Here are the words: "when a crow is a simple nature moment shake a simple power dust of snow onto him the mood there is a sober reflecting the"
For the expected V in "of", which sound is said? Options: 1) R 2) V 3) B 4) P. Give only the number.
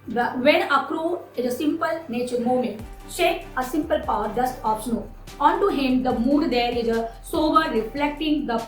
3